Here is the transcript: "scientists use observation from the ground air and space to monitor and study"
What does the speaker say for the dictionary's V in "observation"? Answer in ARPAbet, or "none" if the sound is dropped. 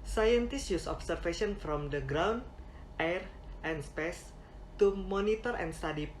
F